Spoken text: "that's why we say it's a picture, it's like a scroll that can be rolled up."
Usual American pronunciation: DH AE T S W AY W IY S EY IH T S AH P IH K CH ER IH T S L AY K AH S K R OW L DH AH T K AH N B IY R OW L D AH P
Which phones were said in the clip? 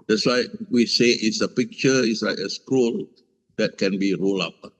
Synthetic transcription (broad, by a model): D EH T S W AY W IY S EY IH T S AH P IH K CH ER IH T S L AY K AH S K UW L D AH T K AH N B IY R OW L AA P